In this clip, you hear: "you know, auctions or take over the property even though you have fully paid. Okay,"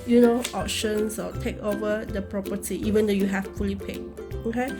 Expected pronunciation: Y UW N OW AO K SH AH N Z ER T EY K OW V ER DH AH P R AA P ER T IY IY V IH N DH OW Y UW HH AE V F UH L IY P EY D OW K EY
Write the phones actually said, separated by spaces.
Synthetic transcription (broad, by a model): Y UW N OW AO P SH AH N S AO T EY K OW V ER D AH P R AA P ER T IY IY V IH N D OW Y UW HH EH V F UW L IY P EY OW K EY